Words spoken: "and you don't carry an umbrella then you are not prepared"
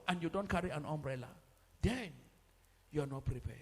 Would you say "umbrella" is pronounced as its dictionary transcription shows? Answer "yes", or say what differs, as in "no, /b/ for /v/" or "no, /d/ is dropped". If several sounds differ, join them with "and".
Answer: yes